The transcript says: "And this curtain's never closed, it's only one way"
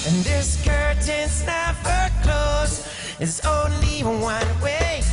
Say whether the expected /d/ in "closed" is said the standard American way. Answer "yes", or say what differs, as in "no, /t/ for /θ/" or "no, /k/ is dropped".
no, /d/ is dropped